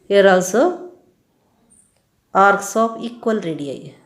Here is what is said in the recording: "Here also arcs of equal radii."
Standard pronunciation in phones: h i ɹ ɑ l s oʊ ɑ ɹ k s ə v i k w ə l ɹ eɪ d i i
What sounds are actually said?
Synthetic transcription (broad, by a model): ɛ ɹ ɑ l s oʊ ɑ ɹ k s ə p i k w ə l ɹ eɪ d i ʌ